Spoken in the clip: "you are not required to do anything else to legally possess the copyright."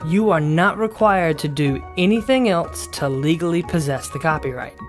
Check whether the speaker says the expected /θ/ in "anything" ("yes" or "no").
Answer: yes